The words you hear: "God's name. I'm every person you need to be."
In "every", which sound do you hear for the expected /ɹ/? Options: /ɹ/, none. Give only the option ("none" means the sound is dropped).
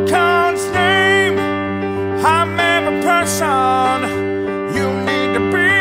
none